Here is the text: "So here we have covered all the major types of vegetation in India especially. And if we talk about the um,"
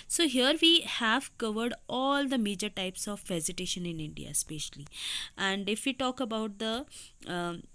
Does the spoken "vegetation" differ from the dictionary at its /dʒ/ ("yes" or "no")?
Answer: yes